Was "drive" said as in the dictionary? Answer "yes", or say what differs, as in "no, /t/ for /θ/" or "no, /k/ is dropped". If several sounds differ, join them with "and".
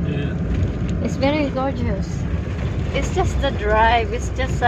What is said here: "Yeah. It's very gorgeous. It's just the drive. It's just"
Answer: yes